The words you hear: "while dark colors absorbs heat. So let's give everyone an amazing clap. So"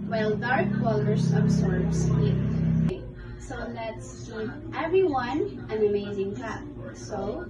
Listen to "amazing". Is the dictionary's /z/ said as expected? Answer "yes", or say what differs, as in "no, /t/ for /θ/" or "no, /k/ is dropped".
yes